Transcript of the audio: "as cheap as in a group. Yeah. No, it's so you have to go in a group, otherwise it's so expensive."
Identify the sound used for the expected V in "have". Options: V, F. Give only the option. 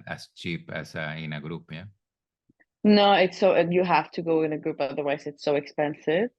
F